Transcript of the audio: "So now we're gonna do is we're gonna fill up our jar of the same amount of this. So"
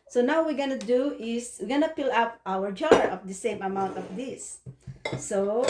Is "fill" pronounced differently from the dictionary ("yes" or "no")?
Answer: yes